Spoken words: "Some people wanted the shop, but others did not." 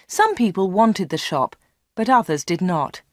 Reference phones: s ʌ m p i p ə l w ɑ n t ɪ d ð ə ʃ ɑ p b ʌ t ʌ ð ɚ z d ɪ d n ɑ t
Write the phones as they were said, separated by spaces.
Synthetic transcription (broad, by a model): s ʌ m p i p ə l w ɑ n t ɪ d ð ə ʃ ɑ p b ʌ t ʌ ð ɚ z d ɪ d n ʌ t